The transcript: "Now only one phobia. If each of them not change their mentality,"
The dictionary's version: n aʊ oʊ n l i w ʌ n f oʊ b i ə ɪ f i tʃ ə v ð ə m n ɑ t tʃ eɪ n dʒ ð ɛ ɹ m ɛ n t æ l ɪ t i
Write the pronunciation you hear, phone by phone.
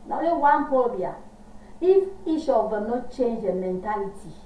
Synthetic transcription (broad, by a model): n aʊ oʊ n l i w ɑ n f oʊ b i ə ɪ f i ʃ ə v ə n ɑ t tʃ eɪ n dʒ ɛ m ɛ n t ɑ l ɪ t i